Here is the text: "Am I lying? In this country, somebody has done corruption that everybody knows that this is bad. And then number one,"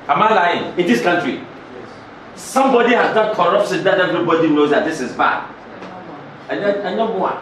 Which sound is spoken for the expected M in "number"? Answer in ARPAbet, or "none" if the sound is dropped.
none